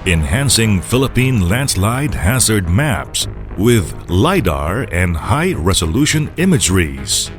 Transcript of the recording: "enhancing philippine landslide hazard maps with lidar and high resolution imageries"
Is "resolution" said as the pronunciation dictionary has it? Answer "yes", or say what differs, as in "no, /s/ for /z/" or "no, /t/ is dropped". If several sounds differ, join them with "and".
yes